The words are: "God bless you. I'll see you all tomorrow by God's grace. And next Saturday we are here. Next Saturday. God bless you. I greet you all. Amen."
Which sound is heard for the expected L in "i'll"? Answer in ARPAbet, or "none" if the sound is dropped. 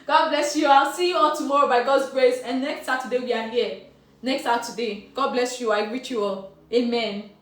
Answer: L